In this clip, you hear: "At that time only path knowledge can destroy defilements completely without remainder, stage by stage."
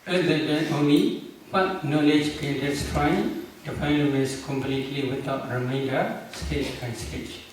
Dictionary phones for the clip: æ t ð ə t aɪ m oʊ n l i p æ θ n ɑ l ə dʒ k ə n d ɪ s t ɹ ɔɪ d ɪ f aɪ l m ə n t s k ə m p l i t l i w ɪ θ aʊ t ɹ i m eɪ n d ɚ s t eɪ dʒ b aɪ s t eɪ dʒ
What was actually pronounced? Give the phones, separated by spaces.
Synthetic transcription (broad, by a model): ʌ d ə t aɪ oʊ n l i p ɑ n n ɑ l ə dʒ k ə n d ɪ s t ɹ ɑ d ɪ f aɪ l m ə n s k ə m p l i t l i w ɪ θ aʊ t ɹ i m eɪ n d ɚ s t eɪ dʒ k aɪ s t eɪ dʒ